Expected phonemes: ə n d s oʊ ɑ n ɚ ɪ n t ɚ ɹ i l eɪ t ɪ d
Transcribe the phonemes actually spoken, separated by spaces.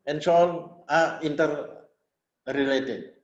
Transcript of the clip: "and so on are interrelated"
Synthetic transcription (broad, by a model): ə n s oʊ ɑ l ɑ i n t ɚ ɹ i l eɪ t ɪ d